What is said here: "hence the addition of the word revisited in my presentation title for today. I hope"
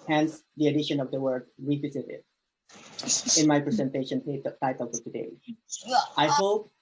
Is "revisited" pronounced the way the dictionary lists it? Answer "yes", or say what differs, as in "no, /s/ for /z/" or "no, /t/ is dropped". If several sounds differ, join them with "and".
no, /w/ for /v/